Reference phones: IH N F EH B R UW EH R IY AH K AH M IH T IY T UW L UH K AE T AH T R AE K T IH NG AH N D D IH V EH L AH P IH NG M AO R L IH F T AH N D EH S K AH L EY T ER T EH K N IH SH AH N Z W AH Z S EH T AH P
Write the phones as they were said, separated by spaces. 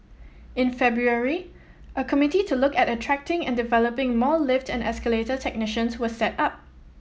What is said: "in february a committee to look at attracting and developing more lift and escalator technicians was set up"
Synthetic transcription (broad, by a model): IH N F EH B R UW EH R IY AH K AH M IH T IY T UW L UH K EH T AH T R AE K T IH NG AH N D D IH V EH L AH P IH NG M AO L IH F T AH N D EH S K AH L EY T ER T EH K N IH SH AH N S W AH S EH T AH P